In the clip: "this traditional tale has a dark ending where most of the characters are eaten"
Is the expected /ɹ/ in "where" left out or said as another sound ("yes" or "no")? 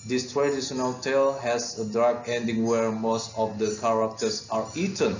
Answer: no